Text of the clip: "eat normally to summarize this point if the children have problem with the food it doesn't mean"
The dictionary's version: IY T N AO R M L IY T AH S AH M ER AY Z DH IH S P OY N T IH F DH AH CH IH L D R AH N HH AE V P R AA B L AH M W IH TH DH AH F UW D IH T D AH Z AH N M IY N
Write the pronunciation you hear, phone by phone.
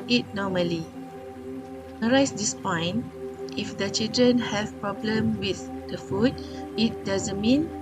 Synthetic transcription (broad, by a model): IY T N AO M IY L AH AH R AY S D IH S P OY N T IH F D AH CH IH L D R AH N HH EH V P R AA B L AH M W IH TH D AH F UW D IH T D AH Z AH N M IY N